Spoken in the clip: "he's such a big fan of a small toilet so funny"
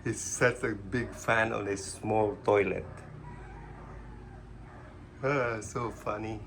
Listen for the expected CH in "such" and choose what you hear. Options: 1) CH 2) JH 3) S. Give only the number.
3